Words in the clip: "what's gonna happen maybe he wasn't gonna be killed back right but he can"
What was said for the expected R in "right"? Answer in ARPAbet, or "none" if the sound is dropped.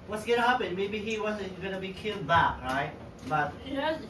R